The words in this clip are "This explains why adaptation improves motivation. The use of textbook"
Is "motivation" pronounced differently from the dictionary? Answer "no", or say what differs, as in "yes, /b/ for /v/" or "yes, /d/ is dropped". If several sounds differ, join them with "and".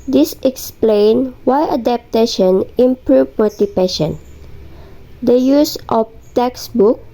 yes, /p/ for /v/